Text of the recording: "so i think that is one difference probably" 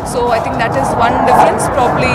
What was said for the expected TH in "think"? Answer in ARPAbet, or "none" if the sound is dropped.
T